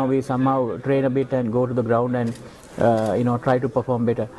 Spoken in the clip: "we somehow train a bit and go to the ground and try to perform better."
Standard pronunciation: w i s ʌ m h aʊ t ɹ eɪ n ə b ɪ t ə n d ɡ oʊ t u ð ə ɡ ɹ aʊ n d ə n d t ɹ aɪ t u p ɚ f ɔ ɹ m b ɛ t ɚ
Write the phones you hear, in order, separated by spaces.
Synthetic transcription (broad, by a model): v i s ʌ m h aʊ t ɹ eɪ n ə b ɪ t ə n d ɡ oʊ t u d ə ɡ ɹ aʊ n d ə n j t ɹ aɪ t u p ɚ f ɔ ɹ m b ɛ t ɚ